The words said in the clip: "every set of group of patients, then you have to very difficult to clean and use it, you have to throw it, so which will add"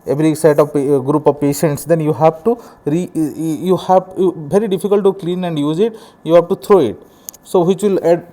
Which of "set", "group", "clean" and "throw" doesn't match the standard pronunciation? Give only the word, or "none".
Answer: throw